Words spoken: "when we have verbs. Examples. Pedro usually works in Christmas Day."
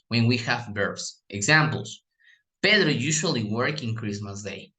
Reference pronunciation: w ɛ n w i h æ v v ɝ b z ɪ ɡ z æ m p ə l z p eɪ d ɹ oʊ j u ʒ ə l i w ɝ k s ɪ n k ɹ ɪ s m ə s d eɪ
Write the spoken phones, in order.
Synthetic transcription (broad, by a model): w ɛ n w i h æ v b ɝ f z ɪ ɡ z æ m p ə l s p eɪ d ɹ j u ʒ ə l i w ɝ k ɪ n k ɹ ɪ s m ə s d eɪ